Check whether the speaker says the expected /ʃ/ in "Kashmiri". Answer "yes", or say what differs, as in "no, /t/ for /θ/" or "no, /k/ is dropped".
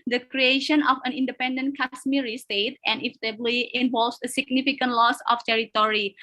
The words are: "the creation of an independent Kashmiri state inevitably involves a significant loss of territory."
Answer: no, /s/ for /ʃ/